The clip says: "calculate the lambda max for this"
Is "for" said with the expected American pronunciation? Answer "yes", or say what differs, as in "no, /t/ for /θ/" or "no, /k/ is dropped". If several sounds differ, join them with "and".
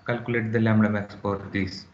no, /p/ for /f/